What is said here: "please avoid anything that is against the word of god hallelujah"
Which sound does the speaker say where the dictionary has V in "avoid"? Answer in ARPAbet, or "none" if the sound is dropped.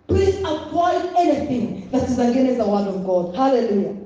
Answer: P